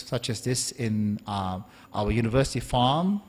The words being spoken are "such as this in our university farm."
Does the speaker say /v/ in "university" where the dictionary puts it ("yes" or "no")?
yes